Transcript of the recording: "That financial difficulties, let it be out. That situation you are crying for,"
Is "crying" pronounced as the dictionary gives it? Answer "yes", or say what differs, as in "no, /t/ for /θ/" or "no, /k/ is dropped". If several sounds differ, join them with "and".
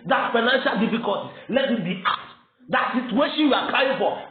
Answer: no, /l/ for /ɹ/